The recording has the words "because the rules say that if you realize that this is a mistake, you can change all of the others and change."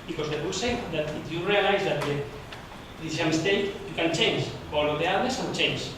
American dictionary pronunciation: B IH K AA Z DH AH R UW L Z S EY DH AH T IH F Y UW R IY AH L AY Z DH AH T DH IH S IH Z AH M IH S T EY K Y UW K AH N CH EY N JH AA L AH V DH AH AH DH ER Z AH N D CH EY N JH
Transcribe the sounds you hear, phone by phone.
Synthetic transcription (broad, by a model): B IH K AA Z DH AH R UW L S EY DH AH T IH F Y UW R IY AH L AY Z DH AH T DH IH IH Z AH M IH S T EY K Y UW K AH N CH EY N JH AA L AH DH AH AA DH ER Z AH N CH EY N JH